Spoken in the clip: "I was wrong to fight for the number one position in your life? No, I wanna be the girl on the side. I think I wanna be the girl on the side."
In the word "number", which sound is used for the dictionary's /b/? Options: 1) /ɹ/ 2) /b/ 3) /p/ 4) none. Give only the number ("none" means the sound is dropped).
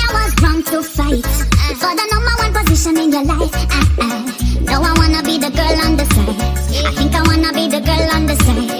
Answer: 4